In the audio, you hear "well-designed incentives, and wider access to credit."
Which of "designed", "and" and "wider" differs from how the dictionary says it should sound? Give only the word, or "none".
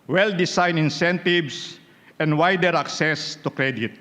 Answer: designed